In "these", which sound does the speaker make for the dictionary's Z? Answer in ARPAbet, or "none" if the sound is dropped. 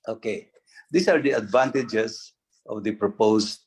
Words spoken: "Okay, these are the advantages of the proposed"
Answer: S